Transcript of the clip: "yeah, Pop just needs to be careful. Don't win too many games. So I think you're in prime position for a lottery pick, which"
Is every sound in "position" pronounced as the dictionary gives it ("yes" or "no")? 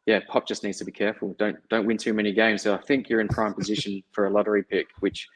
yes